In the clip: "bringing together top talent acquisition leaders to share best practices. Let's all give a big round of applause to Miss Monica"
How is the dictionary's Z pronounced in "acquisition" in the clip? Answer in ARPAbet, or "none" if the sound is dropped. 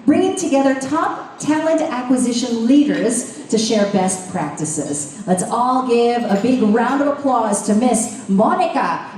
Z